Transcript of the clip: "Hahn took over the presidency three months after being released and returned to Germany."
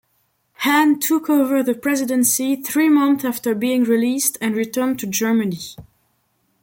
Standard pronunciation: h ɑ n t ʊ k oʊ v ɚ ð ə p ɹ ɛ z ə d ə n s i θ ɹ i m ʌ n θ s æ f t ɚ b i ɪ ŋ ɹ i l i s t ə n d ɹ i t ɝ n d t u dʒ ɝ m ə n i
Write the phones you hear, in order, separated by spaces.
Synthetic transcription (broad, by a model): h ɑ n t ʊ k oʊ v ɚ ð ə p ɹ ɛ z ə d ə n s i θ ɹ i m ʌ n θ æ f t ɚ b i ɪ ŋ ɹ i l i s t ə n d ɹ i t ɝ n t u dʒ ɝ m ə n i